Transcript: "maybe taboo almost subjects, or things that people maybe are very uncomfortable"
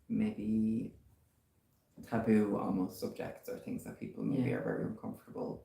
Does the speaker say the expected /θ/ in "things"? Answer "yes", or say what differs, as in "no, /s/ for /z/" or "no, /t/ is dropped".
yes